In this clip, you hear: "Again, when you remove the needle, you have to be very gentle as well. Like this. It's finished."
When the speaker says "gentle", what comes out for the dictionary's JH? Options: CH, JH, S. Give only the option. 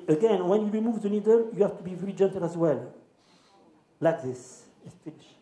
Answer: JH